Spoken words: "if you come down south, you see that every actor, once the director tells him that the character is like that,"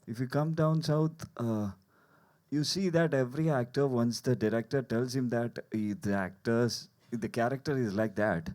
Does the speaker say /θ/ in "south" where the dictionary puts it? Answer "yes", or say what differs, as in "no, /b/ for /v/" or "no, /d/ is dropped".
no, /t/ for /θ/